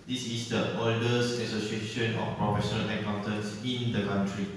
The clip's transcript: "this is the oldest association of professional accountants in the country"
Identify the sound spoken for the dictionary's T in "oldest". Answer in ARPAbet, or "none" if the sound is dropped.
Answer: none